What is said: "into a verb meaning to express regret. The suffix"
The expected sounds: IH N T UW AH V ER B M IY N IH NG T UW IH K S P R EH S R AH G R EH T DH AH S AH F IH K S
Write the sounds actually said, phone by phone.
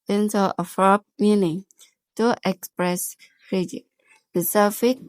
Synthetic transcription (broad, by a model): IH N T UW AH F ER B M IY N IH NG T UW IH K S P R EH S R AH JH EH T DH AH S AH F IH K